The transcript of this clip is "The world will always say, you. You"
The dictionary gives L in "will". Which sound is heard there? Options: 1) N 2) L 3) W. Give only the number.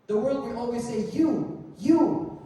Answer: 1